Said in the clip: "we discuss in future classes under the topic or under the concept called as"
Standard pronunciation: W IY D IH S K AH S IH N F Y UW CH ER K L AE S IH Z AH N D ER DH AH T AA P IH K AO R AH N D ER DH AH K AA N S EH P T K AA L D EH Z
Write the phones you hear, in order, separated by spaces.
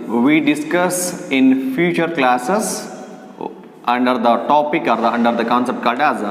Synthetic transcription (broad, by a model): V IY D IH S K AH S IH N F Y UW CH ER K L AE S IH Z AH N D ER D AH T AA P IH K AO R AH N D ER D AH K AA N S EH P T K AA D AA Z